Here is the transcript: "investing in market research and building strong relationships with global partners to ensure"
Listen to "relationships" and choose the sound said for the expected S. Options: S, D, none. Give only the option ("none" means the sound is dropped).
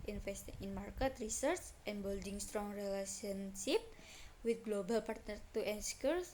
none